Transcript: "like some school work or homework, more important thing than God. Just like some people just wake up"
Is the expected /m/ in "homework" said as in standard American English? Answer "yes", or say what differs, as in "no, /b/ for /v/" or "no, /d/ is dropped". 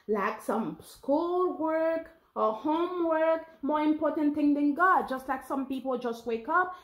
yes